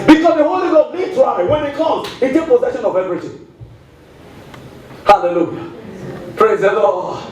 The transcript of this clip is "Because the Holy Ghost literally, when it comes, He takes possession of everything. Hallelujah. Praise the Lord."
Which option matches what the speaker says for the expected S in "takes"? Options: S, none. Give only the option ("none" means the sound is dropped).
none